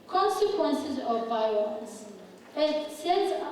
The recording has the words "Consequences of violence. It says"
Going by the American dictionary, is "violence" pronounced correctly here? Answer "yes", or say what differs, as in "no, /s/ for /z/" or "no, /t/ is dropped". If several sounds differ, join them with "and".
no, /l/ is dropped